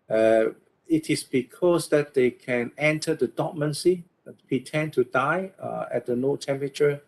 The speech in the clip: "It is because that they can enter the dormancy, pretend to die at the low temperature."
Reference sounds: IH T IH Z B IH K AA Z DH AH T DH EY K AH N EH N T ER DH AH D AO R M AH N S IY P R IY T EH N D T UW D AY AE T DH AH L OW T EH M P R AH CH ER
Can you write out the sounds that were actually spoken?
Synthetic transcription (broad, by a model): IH T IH S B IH K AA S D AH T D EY K AH N EH N T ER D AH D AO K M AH N S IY P R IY T EH N T UW D AY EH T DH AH N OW T EH M P R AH CH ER